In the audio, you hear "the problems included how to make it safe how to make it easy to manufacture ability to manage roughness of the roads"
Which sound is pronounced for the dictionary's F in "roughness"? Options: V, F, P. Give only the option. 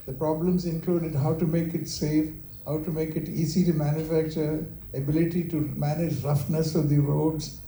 F